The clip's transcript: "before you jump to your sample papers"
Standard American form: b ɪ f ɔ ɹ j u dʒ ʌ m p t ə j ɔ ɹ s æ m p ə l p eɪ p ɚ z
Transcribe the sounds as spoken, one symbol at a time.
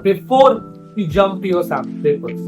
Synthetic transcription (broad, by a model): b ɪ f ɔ ɹ j u dʒ ʌ m p t ə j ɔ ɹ s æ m b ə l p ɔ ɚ